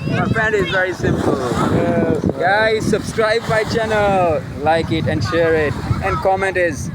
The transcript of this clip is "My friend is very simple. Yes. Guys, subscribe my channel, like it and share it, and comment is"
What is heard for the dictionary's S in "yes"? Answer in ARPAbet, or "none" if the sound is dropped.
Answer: none